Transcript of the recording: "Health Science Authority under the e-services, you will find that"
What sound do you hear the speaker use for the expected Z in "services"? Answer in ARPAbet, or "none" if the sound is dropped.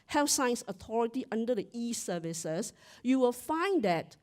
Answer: S